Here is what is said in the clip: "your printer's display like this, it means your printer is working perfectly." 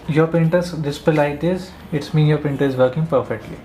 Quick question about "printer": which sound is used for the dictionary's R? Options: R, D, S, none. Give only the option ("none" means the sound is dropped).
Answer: none